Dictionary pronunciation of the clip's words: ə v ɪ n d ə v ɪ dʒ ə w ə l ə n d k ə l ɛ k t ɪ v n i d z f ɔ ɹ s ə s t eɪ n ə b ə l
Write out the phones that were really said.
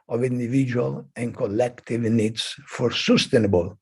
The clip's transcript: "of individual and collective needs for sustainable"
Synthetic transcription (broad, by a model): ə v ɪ n d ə v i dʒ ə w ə l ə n k ə l ɛ k t ɪ v n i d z f ɔ ɹ s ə s t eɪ n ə b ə l